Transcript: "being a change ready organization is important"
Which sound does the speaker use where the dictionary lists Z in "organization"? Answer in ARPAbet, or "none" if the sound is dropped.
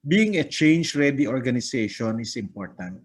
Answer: S